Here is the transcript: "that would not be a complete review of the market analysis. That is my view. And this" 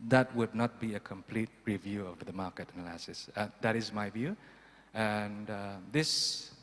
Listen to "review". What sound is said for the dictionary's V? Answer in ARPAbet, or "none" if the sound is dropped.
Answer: V